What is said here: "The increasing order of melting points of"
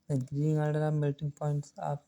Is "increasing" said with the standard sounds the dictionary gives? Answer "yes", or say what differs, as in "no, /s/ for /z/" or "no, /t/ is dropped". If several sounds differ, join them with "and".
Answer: no, /s/ is dropped